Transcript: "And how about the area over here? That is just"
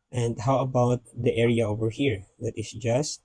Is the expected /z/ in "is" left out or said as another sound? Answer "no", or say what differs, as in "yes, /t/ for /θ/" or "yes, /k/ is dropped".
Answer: yes, /s/ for /z/